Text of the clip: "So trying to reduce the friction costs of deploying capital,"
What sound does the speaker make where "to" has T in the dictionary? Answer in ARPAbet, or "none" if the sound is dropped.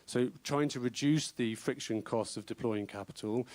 T